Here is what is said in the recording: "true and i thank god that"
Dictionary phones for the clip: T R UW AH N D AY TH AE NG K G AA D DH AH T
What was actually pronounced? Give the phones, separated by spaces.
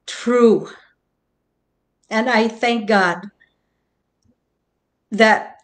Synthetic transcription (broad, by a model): T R UW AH N AY TH AE NG K G AA D DH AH T